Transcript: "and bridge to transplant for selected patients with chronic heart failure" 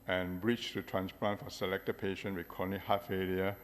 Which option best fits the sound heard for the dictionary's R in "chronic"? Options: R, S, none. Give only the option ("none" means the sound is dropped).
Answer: none